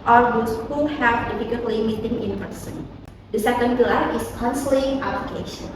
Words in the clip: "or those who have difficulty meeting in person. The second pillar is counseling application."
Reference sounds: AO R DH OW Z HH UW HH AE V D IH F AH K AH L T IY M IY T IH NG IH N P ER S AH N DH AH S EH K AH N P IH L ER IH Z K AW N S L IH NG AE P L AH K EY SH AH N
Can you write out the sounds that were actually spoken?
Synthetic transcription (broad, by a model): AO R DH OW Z HH UW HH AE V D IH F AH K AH N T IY M IY T IH NG IH N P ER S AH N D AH S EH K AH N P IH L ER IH S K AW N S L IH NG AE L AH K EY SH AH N